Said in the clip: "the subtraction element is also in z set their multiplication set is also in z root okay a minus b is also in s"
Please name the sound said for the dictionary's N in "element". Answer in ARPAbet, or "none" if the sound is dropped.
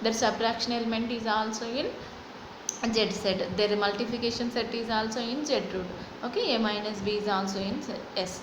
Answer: N